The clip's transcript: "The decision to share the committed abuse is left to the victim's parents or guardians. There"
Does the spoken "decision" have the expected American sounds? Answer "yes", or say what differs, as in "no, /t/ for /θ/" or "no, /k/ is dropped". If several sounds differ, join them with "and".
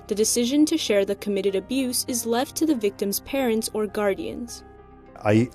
yes